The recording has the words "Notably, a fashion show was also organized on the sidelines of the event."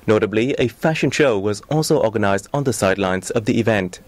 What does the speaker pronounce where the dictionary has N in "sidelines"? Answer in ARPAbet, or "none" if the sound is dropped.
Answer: N